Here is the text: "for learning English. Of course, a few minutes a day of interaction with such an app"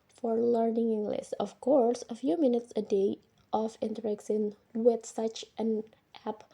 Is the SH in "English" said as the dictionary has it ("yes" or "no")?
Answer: no